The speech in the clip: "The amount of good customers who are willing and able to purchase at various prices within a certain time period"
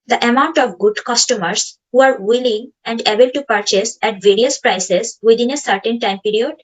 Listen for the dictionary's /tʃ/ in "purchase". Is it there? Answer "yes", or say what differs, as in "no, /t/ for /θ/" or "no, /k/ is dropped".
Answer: yes